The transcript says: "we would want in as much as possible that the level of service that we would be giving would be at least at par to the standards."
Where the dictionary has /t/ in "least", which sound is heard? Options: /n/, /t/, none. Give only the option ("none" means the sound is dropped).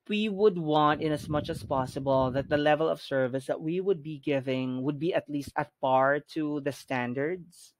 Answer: /t/